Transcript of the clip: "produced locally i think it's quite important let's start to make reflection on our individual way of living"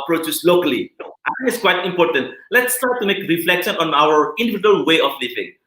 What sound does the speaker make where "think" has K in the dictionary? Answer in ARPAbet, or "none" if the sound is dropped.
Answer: none